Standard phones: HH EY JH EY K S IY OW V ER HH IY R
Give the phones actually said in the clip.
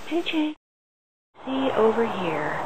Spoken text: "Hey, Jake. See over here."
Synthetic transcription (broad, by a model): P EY CH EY S IY OW V ER HH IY R